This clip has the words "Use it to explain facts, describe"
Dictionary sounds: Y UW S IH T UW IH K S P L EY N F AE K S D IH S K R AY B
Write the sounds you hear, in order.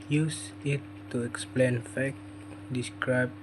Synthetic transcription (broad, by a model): Y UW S IH T UW IH K S P L EY N F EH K D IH S K R AY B